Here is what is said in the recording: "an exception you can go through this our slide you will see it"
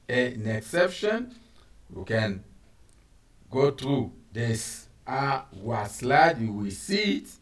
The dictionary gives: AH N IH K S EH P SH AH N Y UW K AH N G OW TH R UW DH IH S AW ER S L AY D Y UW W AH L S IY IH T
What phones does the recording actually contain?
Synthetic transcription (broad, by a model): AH N IH K S EH P SH AH N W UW K AH N G OW T R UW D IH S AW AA S L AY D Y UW W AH S IY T